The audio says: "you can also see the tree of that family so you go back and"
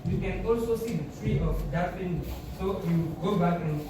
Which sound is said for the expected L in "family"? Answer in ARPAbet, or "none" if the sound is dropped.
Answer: N